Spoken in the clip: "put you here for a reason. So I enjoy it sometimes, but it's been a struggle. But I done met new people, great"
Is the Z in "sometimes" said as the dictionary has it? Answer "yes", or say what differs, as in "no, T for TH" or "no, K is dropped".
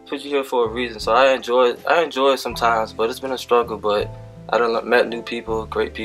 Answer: yes